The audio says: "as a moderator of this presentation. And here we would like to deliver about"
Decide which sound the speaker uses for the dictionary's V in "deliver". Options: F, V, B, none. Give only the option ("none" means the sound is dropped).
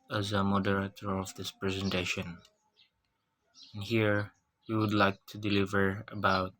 V